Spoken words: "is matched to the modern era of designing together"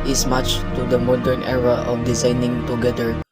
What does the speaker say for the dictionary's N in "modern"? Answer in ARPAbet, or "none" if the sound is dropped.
N